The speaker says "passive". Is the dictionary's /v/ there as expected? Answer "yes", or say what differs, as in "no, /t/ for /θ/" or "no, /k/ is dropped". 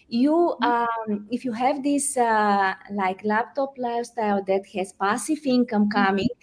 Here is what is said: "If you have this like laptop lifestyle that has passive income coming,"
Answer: no, /f/ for /v/